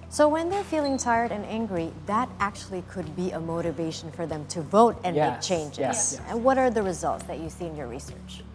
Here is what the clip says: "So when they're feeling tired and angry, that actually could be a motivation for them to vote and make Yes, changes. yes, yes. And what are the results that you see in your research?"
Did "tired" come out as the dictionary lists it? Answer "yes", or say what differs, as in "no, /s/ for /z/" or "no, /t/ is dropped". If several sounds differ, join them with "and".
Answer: yes